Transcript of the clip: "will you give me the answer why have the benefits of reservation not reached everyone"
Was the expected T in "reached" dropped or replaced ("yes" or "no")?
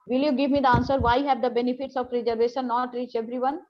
yes